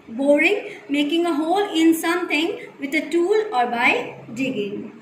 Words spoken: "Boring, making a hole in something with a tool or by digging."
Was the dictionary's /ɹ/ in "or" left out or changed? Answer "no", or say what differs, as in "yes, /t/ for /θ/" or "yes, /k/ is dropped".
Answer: no